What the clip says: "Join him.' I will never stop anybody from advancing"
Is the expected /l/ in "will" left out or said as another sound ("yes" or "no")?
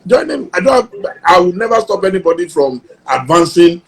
yes